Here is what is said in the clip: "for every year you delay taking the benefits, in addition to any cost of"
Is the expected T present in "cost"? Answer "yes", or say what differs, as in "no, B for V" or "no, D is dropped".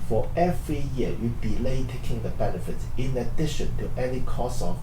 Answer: no, T is dropped